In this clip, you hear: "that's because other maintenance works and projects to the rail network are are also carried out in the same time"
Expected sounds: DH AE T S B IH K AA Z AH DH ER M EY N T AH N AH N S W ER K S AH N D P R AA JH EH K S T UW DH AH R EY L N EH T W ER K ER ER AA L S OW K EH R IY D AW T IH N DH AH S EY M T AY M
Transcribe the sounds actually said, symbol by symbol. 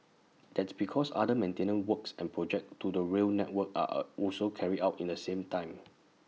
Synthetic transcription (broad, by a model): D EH T S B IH K AA S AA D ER M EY N T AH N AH N W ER K S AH N P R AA JH EH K T UW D AH R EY L N EH T W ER K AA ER AA L S OW K EH R IY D AW T IH N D AH S EY M T AY M